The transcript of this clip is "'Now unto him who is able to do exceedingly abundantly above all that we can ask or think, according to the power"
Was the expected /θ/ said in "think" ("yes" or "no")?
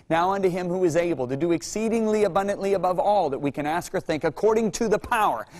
yes